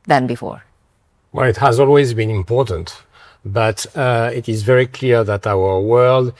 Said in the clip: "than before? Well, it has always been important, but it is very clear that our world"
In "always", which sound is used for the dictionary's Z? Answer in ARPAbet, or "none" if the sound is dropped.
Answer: Z